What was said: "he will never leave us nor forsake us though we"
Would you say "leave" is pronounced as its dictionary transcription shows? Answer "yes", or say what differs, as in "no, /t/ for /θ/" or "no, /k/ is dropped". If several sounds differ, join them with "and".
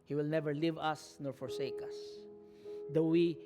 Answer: yes